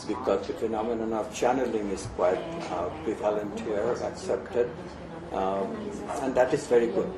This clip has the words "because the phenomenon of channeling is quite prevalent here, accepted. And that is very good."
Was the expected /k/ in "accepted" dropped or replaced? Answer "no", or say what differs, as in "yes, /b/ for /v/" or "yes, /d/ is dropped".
no